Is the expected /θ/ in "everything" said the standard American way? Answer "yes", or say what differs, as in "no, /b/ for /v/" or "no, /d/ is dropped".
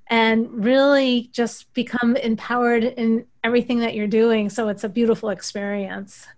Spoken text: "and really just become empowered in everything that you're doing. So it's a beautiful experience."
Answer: yes